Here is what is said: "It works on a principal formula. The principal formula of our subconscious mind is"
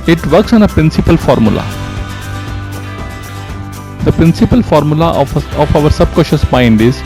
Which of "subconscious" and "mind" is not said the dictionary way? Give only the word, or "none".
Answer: subconscious